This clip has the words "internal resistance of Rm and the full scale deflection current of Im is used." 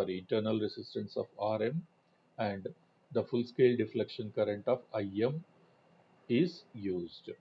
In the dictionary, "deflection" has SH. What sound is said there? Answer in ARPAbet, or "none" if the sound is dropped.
SH